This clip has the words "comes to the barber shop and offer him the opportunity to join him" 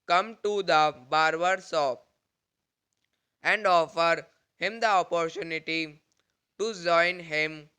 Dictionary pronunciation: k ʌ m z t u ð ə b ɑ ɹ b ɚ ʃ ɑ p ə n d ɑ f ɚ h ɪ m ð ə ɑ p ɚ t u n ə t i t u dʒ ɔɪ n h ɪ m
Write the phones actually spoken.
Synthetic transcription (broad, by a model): k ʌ m t u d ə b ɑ ɹ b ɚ s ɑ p ə n d ɑ f ɚ h ɪ m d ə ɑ p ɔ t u n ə t i t u dʒ ɔɪ n h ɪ m